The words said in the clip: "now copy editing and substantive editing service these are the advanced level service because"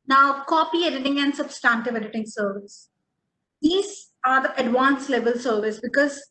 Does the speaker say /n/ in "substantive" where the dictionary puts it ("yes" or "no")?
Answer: yes